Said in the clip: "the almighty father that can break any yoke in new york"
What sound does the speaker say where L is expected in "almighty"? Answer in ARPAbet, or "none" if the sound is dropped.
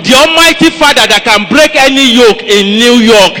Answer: none